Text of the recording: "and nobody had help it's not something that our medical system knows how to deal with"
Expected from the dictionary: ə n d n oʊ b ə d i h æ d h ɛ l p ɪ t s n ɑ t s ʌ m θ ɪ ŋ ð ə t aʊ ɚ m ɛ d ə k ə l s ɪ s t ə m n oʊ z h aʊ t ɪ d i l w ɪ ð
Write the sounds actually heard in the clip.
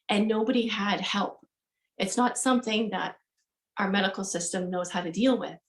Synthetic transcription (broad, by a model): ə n n oʊ b ə d i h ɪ d h ɛ l p ɪ t s n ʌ t s ʌ m θ ɪ ŋ ð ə t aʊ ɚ m ɛ d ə k l s ɪ s t ə m n oʊ z h aʊ t ɪ d i l w ɪ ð